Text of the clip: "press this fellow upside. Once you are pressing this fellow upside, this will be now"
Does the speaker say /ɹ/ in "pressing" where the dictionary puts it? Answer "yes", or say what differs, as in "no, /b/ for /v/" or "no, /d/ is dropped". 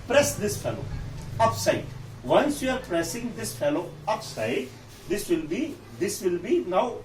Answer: yes